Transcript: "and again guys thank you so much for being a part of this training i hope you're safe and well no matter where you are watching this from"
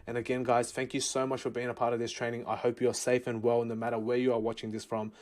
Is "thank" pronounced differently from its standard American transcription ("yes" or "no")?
no